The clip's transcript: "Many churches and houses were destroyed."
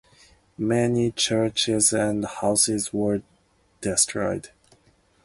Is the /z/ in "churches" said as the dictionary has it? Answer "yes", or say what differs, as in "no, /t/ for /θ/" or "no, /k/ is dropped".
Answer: yes